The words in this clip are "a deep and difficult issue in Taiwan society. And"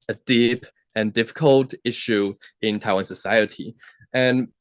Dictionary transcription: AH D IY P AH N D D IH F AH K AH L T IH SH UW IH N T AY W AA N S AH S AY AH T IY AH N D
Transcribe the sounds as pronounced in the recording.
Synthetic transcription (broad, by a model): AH D IY P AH N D D IH F AH K AH L T IH SH UW IH N T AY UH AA N S AH S AY AH T IY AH N